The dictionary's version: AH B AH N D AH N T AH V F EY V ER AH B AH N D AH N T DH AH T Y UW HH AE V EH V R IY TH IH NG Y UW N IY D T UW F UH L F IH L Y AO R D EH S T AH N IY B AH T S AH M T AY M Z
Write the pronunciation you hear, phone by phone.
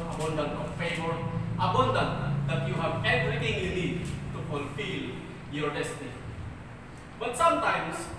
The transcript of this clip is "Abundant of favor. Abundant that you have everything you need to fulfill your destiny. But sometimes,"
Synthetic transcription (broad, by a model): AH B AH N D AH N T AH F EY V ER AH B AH N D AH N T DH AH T Y UW HH AE V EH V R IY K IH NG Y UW L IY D T UW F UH L F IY L Y AO R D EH S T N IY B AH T S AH M T AY M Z